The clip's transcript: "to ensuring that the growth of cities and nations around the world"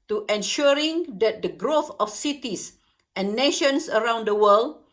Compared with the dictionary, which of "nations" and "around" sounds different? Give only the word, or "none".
nations